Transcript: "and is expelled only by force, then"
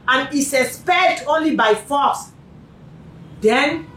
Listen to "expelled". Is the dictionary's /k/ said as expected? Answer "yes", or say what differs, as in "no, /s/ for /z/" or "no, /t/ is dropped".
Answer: no, /k/ is dropped